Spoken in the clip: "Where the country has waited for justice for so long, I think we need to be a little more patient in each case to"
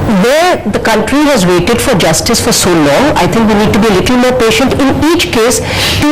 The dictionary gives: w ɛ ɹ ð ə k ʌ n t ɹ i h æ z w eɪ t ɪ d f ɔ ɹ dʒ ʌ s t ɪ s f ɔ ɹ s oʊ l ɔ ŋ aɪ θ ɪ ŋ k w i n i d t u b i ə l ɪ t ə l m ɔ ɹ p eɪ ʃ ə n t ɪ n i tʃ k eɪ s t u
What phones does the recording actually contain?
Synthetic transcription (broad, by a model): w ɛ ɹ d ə k ʌ n t ɹ i h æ z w eɪ t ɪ d f ɔ ɹ dʒ ʌ s t ɪ s f ɔ ɹ s oʊ l ɔ ŋ aɪ t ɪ ŋ k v i n i d t u b i ə l ɪ t l m ɔ ɹ p eɪ ʃ ə n t ɪ n i tʃ k eɪ s t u